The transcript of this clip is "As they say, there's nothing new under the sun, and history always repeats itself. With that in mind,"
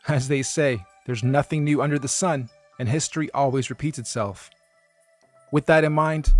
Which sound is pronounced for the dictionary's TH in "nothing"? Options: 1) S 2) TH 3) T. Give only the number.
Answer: 2